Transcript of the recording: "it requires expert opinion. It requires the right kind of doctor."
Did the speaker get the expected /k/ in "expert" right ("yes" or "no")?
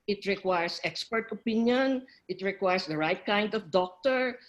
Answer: yes